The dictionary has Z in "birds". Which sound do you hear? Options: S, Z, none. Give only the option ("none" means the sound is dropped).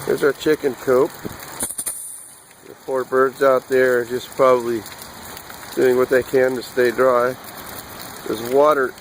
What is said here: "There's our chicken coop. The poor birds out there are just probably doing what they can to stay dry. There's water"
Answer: Z